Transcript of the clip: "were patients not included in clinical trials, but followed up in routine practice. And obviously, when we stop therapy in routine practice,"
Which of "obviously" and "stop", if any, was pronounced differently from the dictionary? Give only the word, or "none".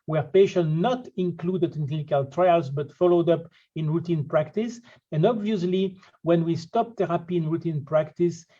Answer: none